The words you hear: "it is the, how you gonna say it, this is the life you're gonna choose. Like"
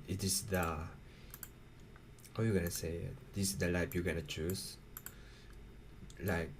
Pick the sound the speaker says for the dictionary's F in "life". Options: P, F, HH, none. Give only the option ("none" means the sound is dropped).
P